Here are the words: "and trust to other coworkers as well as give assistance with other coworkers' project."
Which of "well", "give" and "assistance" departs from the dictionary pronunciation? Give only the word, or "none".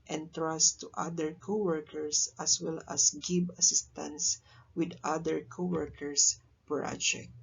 give